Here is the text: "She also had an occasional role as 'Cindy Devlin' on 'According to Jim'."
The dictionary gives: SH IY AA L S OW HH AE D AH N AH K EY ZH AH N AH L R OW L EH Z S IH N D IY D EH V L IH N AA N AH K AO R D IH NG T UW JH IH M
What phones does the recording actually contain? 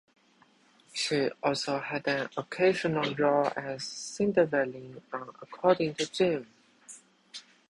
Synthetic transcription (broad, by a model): SH IY AA L S OW HH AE D AH N AH K EY ZH AH N AH L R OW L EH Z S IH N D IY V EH L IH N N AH K AO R D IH NG T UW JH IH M